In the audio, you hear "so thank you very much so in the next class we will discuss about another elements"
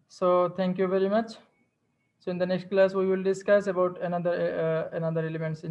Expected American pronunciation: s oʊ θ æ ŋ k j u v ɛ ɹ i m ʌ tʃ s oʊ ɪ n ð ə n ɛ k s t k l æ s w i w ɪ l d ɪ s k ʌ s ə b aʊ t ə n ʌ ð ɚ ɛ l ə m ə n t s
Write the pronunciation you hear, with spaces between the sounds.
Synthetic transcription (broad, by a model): s oʊ t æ ŋ k j u v ɛ ɹ i m ʌ tʃ s oʊ ɪ n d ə n ɛ k s t k l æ s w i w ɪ l d ɪ s k ʌ s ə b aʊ t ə n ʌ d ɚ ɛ l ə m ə n t s